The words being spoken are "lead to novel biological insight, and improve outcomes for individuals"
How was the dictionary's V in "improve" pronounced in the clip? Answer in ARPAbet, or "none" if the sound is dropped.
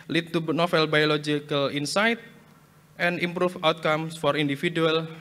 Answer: F